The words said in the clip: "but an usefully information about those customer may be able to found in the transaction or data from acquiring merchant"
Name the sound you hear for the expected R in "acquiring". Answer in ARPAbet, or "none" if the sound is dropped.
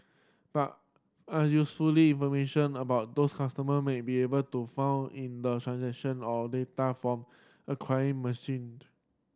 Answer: none